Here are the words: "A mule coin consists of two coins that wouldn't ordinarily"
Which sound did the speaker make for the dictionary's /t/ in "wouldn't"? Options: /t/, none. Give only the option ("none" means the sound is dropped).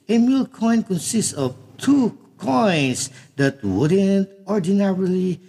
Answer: /t/